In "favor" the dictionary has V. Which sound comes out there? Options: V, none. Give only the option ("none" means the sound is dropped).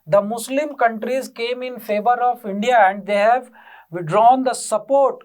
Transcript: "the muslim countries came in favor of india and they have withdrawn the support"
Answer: V